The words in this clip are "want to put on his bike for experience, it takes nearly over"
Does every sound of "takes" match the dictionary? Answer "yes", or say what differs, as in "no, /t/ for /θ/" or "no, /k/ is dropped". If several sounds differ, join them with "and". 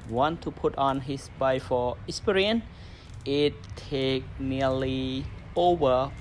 no, /s/ is dropped